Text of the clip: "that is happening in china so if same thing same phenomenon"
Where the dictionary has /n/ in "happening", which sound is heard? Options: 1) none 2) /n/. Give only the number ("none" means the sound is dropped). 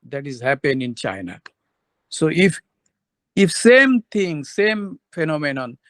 1